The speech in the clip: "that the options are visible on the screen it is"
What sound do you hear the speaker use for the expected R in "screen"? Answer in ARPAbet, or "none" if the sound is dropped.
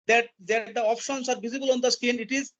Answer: none